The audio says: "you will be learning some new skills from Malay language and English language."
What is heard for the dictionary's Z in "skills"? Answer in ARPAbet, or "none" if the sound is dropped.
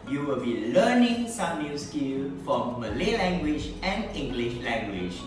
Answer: none